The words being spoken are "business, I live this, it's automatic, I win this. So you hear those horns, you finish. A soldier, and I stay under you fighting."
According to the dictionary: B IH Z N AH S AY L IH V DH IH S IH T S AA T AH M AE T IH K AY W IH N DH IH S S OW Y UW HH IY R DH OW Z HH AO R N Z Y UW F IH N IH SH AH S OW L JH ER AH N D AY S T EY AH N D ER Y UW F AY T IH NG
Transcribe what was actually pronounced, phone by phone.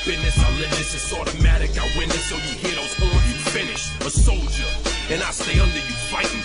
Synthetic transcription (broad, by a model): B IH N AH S AY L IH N DH IH S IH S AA T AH M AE T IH K AY W IH N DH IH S S OW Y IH HH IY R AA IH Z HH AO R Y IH F IH N IH SH AH S OW L JH ER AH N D AY S T EY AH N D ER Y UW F AY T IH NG